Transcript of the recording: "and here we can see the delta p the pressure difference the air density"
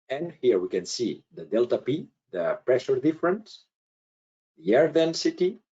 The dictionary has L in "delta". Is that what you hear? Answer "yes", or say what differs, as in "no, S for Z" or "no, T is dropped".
yes